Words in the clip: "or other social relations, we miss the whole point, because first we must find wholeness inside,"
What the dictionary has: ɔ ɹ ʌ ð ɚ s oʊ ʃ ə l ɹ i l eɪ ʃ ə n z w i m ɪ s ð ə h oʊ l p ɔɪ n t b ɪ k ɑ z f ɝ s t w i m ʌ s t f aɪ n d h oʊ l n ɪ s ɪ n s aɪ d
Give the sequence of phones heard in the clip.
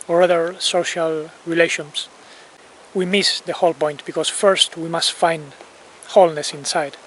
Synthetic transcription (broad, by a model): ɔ ɹ ʌ ð ɚ s oʊ ʃ ə l ɹ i l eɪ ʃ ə n s w i m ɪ s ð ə h oʊ l p ɔɪ n t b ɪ k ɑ s f ɝ s t w i m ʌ s t f aɪ n d h oʊ l n ɪ s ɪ n s aɪ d